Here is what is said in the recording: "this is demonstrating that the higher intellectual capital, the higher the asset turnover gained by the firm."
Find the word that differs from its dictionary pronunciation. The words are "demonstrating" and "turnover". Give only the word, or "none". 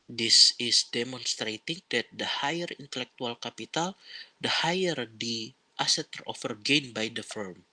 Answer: turnover